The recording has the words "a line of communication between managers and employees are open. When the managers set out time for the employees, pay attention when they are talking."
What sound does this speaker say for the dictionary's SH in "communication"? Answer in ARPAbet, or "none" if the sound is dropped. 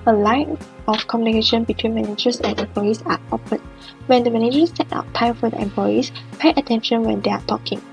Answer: SH